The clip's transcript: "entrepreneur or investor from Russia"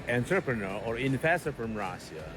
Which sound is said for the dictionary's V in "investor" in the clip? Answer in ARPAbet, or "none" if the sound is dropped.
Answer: F